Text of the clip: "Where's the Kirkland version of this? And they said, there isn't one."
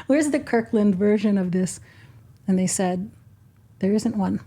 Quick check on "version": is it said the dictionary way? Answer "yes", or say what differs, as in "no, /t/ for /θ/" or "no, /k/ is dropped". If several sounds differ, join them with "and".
yes